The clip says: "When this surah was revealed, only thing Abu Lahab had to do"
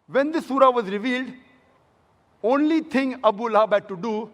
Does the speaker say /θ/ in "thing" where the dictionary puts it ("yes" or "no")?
no